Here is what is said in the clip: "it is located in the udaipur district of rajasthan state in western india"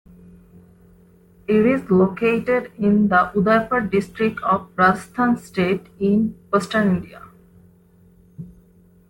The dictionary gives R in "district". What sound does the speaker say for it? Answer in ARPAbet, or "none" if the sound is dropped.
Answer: R